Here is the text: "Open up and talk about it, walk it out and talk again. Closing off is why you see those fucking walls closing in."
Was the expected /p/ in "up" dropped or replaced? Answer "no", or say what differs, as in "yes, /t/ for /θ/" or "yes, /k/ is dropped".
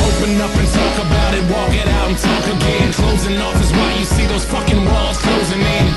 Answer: no